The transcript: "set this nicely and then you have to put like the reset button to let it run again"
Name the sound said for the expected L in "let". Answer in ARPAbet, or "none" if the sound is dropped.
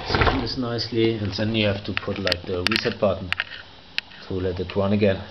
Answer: L